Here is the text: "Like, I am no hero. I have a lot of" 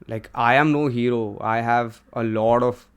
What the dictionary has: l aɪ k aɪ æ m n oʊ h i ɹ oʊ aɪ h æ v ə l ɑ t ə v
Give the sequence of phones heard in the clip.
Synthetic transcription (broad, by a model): l aɪ k aɪ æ m n oʊ h i ɹ oʊ aɪ h æ v ə l ɑ t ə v